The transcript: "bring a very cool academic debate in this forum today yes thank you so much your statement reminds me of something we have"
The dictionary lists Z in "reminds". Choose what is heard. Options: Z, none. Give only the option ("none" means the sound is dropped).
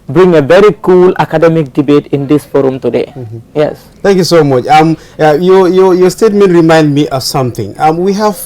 none